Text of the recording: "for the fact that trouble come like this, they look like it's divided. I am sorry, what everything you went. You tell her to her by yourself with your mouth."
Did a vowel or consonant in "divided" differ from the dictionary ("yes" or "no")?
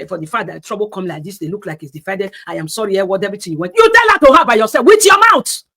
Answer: yes